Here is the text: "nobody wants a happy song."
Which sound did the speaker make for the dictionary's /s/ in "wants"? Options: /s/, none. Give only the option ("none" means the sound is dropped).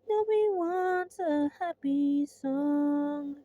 none